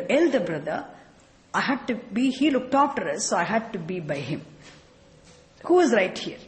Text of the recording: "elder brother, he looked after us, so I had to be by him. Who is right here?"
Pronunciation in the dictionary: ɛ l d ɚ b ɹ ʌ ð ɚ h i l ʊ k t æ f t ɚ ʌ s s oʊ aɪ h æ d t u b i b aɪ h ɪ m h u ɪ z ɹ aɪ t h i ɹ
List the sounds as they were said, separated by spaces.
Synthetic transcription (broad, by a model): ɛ l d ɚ b ɹ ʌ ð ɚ h i l ʊ k t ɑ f t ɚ ʌ s s oʊ aɪ h æ d t u b i b aɪ h ɪ m h u ɪ z ɹ aɪ t h i ɹ